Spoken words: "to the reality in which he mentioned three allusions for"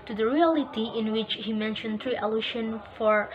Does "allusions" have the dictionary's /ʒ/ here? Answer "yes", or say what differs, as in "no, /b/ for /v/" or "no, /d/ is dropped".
no, /ʃ/ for /ʒ/